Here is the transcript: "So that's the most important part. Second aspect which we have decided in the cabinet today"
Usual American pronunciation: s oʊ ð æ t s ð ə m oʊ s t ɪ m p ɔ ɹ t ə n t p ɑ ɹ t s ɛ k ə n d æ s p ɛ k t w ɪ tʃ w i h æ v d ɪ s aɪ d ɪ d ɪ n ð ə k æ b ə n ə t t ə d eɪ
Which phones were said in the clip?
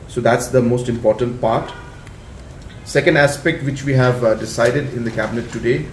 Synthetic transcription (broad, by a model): s oʊ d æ t s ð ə m oʊ s t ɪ m p ɔ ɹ t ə n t p ɑ ɹ t s ɛ k ə n d æ s p ɛ k t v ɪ tʃ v i h æ v d ɪ s aɪ d ɪ d ɪ n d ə k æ b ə n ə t t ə d eɪ